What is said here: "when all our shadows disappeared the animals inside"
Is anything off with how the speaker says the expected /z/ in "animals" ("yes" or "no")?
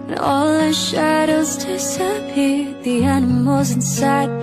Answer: no